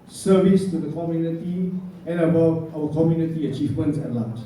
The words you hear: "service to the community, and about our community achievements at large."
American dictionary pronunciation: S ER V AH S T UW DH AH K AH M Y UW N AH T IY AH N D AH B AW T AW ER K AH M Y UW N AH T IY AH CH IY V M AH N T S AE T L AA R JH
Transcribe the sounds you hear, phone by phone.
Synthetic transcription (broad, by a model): S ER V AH S T UW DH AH K AH M Y UW N AH T IY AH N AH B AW AW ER K AH M Y UW N AH T IY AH CH IY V M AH N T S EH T L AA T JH